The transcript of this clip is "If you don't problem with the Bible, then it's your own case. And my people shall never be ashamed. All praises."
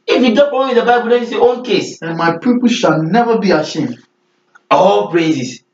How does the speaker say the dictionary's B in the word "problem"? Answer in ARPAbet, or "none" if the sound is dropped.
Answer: none